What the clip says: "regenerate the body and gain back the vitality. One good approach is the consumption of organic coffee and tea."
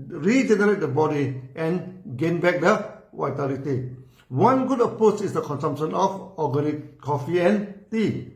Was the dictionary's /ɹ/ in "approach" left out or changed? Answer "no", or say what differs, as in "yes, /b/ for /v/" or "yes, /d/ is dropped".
yes, /ɹ/ is dropped